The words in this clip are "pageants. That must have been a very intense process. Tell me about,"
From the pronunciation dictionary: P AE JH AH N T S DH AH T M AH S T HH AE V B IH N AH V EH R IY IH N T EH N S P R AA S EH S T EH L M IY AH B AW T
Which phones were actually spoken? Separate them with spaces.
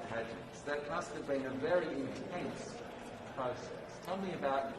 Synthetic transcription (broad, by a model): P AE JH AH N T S DH AH T M AH S T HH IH V B IH N AH V EH R IY IH N T EH N S P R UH S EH S T EH L M IY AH B AW T